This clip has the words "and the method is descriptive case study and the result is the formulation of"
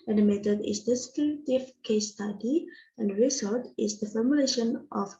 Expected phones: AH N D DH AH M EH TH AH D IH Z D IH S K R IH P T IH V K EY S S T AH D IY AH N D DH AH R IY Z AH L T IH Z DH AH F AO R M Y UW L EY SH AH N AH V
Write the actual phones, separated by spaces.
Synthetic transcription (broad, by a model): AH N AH M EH T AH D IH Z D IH S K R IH T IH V K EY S S T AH D IY AH N D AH R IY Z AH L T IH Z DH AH F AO R M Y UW L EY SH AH N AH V